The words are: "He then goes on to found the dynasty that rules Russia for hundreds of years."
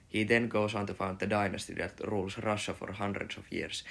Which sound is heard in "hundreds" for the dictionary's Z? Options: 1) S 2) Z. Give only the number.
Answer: 1